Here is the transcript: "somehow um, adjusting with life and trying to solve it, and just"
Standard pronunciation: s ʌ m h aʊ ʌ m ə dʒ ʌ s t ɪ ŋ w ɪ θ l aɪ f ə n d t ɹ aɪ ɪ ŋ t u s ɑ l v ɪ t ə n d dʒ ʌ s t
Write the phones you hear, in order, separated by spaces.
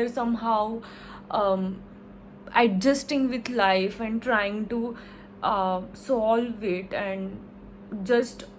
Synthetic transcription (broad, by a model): s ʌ m h aʊ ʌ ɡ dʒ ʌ s t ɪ ŋ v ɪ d l aɪ f ə n d t ɹ aɪ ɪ ŋ t u s ɑ l v ɪ t ə n d dʒ ʌ s t